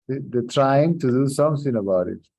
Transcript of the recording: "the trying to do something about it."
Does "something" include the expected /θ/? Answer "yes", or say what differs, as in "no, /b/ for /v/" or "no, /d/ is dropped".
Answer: no, /s/ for /θ/